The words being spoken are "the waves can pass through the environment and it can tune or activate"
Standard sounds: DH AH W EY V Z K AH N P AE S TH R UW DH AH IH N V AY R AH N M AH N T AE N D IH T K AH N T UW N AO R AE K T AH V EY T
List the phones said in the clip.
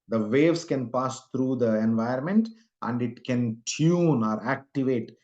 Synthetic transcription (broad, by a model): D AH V EY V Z K AH N P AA S T R UW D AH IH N V AY AH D M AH N T AE N D IH T K AH N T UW N AO R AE K T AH V EY T